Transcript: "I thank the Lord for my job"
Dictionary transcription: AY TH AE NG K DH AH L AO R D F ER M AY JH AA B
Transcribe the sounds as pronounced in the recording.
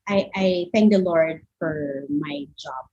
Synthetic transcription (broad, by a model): AY TH AE NG K DH AH L AO R D F ER M AY JH AA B